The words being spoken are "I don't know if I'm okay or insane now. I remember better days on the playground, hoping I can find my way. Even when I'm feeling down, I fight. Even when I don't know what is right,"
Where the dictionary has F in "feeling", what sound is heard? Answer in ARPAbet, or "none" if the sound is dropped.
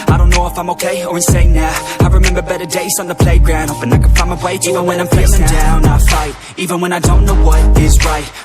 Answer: P